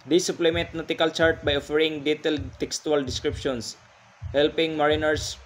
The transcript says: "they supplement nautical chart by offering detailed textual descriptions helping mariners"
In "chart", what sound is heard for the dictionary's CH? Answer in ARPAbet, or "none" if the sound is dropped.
CH